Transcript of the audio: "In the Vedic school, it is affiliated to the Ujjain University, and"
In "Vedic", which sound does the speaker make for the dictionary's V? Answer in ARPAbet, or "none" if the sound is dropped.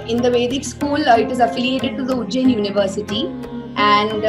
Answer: V